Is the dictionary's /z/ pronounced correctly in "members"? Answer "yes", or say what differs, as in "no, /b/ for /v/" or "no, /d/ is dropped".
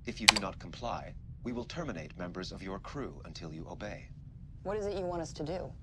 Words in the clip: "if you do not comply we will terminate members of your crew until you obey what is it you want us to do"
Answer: yes